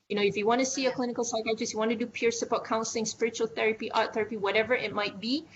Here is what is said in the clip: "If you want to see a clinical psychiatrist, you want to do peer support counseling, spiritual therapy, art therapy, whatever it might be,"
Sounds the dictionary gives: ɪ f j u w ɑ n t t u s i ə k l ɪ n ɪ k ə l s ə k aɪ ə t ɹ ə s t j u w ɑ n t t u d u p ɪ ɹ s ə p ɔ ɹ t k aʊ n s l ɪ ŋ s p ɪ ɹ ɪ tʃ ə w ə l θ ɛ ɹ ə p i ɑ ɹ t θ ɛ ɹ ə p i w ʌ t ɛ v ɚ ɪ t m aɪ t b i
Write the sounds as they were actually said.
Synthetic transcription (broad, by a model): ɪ f j u w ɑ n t t u s i ə k l ɪ n ɪ k ə l s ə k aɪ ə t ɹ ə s j u w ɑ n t t u d u p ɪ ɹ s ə b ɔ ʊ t k aʊ n s l ɪ ŋ s p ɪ ɹ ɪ tʃ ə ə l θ ɛ ɹ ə p i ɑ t θ ɛ ɹ ə p i w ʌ t ɛ v ɚ ɪ t m aɪ t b i